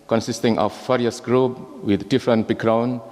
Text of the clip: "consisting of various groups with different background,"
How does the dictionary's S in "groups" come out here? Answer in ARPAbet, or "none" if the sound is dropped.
none